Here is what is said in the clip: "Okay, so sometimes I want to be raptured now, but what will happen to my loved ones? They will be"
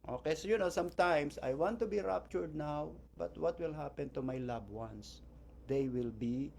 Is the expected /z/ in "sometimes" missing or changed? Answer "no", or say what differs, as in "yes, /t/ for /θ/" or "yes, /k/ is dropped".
yes, /s/ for /z/